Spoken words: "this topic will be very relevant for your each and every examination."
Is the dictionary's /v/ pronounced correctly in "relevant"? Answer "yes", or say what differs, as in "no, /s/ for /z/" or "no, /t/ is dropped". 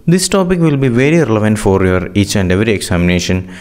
yes